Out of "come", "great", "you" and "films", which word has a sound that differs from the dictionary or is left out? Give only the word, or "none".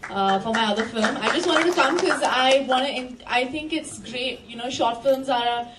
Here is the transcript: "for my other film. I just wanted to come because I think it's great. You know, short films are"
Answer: none